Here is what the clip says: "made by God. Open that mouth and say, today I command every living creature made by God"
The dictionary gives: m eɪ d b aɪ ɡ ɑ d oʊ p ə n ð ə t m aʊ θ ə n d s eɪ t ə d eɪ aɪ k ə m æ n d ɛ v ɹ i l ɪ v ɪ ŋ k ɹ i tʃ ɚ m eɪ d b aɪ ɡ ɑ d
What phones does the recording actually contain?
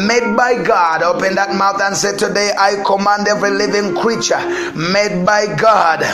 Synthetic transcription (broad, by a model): m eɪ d b aɪ ɡ ɑ d oʊ p ə n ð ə t m aʊ θ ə n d s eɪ t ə d eɪ aɪ k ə m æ n d ɛ v ɹ i l ɪ v ɪ ŋ k ɹ i tʃ ɚ m eɪ d b aɪ ɡ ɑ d